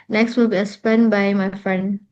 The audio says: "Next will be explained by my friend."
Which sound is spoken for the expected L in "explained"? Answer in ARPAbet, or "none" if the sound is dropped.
none